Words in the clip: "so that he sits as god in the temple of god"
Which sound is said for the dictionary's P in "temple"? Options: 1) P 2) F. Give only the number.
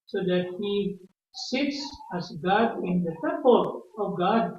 1